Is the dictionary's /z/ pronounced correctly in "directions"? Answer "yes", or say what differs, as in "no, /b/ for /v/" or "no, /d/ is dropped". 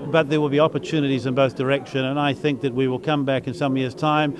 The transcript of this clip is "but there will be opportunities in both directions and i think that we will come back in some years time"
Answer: no, /z/ is dropped